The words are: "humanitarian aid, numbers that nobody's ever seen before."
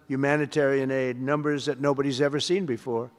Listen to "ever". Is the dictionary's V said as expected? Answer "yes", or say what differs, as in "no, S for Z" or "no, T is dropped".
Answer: yes